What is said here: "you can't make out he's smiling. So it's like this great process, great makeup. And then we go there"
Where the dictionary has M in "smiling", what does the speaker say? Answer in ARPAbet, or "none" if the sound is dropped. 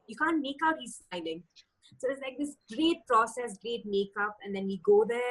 none